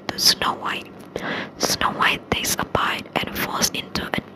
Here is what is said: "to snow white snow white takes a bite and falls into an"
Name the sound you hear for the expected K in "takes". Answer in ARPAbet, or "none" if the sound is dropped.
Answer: none